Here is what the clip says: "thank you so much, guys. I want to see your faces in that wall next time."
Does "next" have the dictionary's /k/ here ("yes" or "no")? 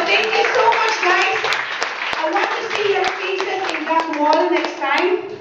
yes